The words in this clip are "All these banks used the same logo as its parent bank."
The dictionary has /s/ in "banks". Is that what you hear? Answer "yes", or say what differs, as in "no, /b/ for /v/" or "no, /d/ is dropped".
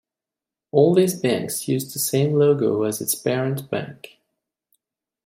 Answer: yes